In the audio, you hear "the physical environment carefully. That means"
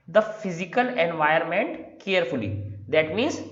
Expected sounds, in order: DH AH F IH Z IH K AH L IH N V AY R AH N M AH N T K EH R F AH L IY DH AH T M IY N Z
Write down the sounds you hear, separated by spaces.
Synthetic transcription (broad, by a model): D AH F IH Z IH K AH L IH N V AY AH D M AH N T K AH R F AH L IY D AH T M IY N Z